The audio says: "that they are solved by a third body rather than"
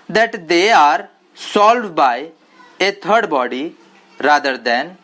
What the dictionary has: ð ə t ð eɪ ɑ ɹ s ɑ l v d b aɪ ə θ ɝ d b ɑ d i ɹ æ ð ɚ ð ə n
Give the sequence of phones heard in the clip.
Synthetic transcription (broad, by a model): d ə t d eɪ ɑ ɹ s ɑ l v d b aɪ ə t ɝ d b ɑ d i ɹ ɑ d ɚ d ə n